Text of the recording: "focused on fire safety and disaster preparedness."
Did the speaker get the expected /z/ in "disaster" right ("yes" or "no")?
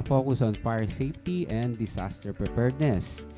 no